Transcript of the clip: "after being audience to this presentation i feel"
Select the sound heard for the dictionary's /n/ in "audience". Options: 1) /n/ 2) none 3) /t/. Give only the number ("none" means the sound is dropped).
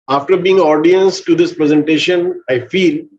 1